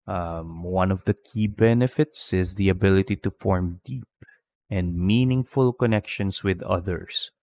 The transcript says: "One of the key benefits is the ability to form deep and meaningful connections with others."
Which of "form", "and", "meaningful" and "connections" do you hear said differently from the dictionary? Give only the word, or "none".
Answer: connections